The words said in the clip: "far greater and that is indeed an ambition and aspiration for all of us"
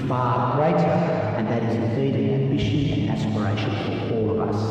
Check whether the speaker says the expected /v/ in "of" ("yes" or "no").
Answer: yes